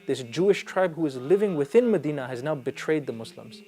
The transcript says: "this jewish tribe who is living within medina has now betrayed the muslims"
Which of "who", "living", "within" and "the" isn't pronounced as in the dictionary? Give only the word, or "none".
none